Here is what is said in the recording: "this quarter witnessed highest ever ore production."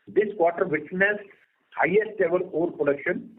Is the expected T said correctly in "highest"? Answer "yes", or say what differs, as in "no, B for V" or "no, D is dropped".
yes